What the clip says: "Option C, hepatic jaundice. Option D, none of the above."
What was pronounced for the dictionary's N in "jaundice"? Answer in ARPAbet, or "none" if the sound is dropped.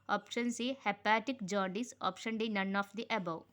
none